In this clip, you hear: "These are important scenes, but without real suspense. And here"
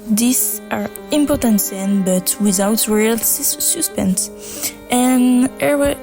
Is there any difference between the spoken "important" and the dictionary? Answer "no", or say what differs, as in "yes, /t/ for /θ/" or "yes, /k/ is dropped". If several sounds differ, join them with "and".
no